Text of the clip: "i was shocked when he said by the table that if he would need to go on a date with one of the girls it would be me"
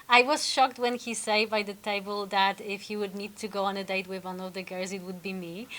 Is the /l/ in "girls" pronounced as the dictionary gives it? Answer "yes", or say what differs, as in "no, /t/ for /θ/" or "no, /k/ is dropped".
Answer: no, /l/ is dropped